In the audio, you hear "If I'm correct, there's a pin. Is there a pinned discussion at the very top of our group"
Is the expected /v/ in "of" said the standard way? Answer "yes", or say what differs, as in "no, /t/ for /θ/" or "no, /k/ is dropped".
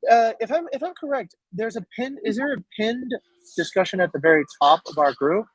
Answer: yes